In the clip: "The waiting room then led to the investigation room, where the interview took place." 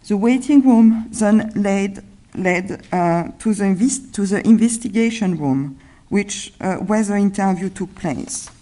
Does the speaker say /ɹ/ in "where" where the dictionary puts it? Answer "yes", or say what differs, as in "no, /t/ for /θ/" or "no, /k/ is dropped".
no, /w/ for /ɹ/